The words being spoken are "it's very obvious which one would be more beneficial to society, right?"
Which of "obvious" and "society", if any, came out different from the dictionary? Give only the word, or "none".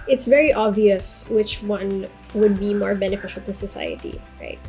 none